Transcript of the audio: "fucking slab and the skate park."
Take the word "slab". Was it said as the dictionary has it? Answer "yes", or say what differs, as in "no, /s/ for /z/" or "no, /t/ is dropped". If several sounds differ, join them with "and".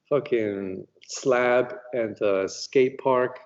yes